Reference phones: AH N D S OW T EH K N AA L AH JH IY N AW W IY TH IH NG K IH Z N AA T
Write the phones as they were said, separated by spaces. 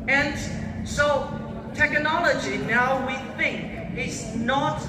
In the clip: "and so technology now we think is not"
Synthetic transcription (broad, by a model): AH N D S OW T EH K N AA L AH JH IY N AW W IY TH IH NG K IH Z N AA T